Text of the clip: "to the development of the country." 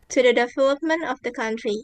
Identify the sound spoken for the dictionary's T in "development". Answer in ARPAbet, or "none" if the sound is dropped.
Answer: T